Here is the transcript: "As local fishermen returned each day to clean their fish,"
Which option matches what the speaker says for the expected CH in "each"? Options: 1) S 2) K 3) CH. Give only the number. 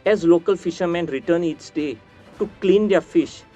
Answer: 1